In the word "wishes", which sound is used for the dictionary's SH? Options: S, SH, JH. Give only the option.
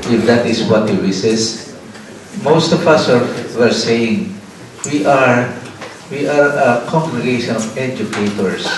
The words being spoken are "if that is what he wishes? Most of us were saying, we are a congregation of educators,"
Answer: S